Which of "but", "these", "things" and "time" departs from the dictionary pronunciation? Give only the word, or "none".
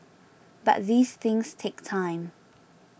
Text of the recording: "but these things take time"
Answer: none